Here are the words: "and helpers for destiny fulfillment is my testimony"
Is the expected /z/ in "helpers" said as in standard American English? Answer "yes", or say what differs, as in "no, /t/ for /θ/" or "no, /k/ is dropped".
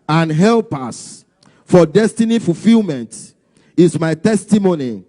no, /s/ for /z/